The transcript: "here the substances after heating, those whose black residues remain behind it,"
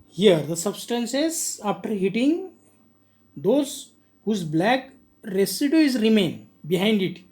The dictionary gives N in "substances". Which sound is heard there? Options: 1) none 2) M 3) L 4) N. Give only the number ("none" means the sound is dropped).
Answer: 4